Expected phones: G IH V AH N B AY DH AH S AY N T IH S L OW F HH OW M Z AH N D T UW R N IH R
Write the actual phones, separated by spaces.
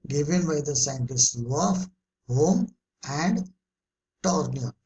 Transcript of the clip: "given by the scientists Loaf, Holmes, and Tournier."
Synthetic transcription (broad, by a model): G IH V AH N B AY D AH S AY N T IH S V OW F HH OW M AH N D T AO R N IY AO